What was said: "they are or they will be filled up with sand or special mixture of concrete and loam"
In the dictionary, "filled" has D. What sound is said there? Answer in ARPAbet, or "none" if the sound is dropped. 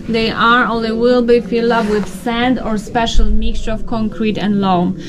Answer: none